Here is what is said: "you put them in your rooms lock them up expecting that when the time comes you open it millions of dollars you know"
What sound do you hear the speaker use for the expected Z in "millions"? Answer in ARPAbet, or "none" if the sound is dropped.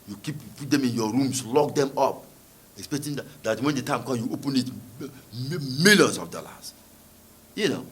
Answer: S